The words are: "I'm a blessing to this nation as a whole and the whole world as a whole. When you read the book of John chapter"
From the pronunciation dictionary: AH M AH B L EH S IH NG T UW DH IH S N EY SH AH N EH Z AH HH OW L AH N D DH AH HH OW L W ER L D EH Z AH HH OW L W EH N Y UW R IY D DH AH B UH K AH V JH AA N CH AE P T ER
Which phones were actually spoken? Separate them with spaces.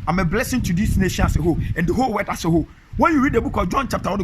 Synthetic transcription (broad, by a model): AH M AH B L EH S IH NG T UW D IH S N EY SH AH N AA S AH HH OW AH N D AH HH OW L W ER D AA S AH HH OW W EH N Y UW R IY D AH B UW K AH JH AA N CH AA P T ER